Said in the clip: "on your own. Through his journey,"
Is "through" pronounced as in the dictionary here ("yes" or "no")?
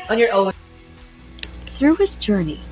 yes